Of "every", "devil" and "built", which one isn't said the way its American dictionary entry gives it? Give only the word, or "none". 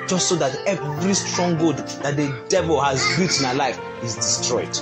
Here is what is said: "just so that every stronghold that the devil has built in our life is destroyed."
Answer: built